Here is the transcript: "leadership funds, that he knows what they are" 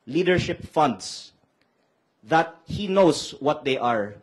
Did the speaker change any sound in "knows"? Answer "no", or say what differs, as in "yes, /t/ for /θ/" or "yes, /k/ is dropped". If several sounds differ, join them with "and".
yes, /s/ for /z/